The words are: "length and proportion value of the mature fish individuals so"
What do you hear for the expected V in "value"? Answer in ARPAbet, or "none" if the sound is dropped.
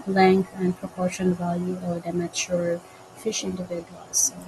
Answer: V